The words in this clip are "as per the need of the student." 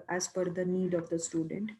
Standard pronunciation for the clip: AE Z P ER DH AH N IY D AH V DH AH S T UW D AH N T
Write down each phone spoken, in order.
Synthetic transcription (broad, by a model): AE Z F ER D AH N IY D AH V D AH S T UW D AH N T